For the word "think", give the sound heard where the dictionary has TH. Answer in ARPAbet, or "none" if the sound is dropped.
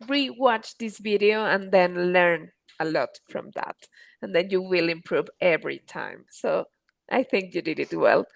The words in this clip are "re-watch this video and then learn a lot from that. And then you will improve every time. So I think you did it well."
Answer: TH